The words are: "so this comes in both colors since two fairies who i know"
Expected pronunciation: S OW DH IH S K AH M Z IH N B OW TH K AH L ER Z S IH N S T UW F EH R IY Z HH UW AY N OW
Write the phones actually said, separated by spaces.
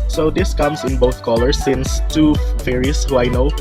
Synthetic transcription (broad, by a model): S OW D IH S K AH M S IH N B OW TH K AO L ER S IH N S T UW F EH R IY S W AY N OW